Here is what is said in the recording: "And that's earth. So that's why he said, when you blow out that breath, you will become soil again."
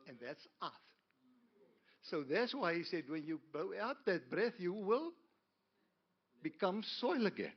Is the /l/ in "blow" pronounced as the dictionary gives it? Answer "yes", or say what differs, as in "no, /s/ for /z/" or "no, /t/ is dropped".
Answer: no, /l/ is dropped